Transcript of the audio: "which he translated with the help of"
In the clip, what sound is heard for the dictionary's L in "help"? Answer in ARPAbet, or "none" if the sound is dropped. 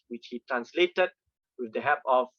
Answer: none